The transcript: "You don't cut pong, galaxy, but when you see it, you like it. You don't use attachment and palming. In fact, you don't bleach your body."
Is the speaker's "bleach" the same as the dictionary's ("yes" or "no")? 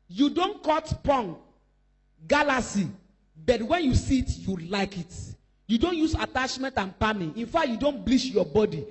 no